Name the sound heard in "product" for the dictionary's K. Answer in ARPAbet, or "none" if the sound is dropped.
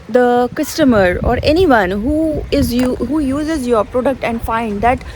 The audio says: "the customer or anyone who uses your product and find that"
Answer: K